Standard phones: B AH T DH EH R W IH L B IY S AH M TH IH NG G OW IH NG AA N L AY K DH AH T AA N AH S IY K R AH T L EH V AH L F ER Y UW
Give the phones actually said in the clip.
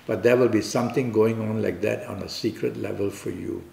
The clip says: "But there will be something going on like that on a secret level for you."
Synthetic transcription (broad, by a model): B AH T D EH W IH L B IY S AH M T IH NG G OW IH NG AA N L AY K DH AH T AA N AH S IY K R AH T L EH V AH L F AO Y UW